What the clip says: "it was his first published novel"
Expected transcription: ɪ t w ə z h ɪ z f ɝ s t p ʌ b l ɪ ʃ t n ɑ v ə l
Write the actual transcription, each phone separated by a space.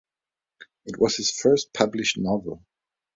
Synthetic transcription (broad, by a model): ɪ t w ə z h ɪ z f ɝ s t p ʌ b l ɪ ʃ t n ɑ v ə l